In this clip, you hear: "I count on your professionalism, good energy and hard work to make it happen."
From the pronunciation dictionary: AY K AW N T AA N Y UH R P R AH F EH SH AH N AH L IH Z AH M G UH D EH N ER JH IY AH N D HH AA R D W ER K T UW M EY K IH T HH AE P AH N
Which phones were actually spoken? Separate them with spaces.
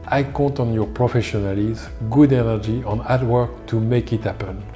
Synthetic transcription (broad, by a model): AY K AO T AA N Y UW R P R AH F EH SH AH N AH L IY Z G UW D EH N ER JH IY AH N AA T W ER K T UW M EY K IH T HH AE P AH N